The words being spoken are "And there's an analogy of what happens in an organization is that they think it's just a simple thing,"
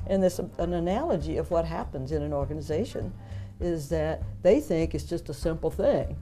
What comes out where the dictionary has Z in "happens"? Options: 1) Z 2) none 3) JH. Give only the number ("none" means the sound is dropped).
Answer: 1